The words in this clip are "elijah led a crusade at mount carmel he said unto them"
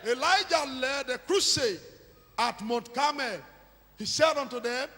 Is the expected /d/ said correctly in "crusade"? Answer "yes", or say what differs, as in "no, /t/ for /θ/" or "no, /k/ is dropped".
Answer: no, /d/ is dropped